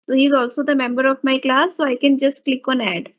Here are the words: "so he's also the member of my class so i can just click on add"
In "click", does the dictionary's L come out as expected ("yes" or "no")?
yes